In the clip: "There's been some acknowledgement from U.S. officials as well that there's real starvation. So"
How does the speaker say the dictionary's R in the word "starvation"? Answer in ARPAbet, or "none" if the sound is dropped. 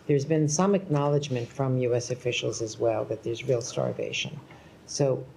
R